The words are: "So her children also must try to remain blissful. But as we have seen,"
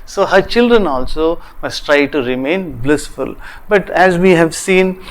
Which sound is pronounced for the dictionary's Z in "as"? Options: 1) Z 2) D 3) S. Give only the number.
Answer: 1